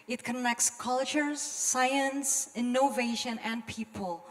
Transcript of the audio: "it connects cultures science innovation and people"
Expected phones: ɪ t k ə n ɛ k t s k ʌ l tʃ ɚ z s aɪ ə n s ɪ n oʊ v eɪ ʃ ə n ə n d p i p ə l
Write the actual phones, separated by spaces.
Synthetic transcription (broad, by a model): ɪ t k ə n ɛ k t s k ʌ l tʃ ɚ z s aɪ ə n s ɪ n oʊ v eɪ ʃ ə n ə n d p i p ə l